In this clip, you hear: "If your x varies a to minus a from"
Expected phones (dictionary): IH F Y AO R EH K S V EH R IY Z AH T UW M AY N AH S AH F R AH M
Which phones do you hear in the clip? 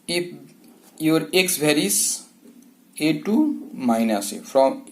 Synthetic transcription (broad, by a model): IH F Y AO R EH K S B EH R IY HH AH T UW M AY N AH S AH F R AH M